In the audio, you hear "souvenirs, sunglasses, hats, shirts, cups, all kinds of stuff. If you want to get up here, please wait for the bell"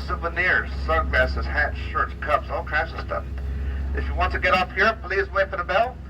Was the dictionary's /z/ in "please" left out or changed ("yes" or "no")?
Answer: no